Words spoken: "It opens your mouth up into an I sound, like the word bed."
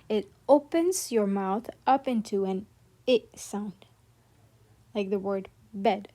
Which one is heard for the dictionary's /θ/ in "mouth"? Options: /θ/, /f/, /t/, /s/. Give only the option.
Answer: /θ/